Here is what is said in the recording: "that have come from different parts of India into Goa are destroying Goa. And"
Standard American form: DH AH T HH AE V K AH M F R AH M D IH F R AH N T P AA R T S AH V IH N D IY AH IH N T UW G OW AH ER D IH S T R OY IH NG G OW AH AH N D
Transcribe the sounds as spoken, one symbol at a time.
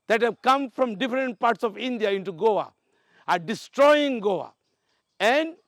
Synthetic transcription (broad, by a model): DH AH T HH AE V K AH M F R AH M D IH F R AH N T P AA R T S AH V IH N D IY AH IH N T UW G OW AH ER D IH S T R OY IH NG G OW AH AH N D